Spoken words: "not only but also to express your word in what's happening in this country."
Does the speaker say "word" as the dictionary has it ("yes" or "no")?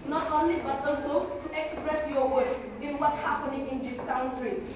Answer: no